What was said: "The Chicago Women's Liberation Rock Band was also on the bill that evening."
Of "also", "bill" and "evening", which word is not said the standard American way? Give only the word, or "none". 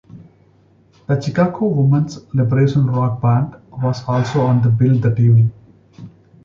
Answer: evening